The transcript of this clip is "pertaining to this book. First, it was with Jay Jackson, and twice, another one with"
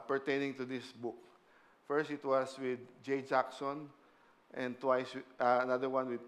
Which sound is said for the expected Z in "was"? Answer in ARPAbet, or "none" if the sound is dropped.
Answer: S